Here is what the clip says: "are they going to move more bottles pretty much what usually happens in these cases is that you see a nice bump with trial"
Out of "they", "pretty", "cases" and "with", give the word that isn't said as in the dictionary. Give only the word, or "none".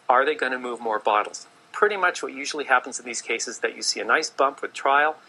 cases